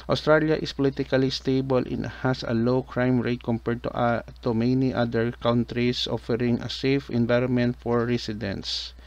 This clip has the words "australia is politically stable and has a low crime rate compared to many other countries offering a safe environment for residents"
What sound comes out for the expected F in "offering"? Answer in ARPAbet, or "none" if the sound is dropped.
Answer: F